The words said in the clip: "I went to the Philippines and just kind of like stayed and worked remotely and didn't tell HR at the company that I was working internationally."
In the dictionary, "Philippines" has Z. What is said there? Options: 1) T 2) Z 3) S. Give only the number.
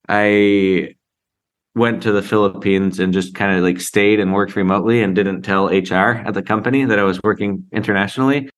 2